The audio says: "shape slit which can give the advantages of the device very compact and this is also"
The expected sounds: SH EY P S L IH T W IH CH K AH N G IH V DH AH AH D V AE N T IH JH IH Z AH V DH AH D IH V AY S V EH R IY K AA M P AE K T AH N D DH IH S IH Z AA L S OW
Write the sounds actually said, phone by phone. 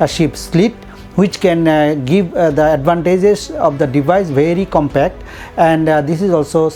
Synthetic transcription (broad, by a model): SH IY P S L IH T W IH CH K AH N G IH V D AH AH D V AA N T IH JH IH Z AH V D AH D IH V AY S V EH R IY K AA M P AE K T AH N D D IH S IH Z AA L S OW